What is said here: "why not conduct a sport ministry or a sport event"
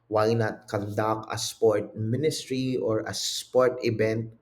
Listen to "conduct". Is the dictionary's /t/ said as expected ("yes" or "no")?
no